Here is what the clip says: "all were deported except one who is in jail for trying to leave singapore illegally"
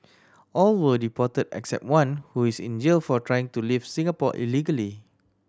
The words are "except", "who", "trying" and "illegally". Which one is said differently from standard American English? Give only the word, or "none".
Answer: none